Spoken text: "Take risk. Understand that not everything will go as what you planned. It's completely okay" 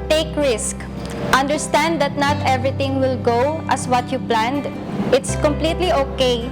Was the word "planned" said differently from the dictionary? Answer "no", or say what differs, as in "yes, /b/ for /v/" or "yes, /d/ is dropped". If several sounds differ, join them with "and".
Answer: no